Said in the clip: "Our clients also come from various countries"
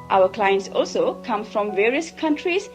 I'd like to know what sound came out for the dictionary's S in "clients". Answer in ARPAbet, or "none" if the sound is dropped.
S